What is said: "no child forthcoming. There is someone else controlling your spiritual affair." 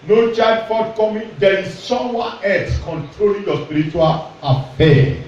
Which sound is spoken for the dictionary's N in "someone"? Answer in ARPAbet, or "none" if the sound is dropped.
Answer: none